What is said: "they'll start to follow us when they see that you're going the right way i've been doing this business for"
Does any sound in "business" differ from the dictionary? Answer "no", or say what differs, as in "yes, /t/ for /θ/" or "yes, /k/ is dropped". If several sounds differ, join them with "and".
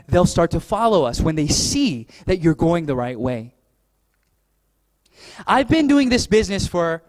no